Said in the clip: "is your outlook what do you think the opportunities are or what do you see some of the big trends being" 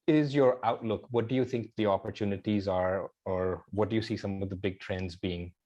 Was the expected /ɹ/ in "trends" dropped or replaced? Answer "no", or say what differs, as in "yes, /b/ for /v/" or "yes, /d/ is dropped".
no